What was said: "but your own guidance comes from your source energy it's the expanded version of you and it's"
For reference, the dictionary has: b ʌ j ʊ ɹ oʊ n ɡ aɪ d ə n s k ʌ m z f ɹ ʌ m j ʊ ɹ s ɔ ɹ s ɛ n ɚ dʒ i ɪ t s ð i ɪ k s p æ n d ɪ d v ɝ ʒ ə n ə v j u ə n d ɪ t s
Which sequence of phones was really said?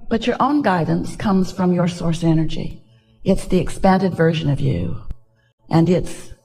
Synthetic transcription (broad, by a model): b ʌ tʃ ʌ ɹ oʊ n ɡ aɪ d n s k ʌ m z f ɹ ʌ m j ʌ ɹ s ɔ ɹ s ɛ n ɚ dʒ i ɪ t s ð i ɪ k s p æ n d ɪ d v ɝ ʒ ə n ə v j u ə n ɪ t s